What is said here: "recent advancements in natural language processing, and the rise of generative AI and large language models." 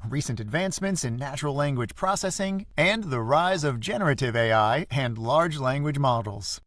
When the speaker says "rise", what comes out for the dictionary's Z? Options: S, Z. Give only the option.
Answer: Z